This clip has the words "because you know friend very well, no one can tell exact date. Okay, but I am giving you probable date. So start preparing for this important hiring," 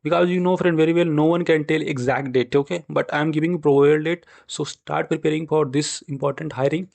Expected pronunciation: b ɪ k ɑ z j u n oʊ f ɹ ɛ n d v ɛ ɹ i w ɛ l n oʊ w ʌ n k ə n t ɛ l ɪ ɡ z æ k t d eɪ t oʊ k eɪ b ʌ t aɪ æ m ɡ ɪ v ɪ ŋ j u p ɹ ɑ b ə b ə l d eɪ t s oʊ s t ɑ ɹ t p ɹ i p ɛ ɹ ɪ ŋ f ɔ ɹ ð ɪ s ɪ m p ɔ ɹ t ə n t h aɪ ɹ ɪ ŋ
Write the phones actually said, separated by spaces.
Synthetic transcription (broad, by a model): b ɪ k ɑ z j u n oʊ f ɹ ɛ n d v ɛ ɹ i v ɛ l n oʊ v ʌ n k ə n t ɛ l ɪ ɡ z æ k t d eɪ t oʊ k eɪ b ʌ t aɪ m ɡ ɪ v ɪ ŋ j u p ɹ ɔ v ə ə l d eɪ t s oʊ s t ɑ ɹ t p ɹ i p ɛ ɹ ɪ ŋ f ɔ ɹ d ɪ s ɪ m p ɔ ɹ t ə n t h aɪ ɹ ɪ ŋ